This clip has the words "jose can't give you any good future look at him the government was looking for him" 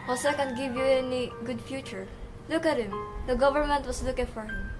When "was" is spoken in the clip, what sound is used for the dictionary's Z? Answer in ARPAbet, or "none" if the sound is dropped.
S